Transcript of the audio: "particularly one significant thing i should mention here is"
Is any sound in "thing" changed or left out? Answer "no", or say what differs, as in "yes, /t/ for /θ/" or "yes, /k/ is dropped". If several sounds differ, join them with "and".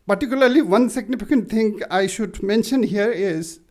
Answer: yes, /t/ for /θ/